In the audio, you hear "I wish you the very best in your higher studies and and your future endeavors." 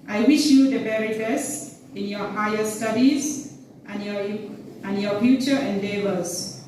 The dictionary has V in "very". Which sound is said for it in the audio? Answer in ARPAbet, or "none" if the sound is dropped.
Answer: B